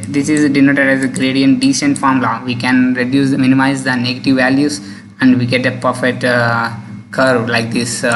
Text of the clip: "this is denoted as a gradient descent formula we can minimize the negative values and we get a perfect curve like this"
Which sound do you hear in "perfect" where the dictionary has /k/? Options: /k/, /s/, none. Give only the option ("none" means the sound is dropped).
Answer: none